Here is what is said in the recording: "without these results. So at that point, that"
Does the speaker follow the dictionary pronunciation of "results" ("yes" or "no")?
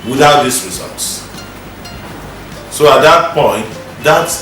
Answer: yes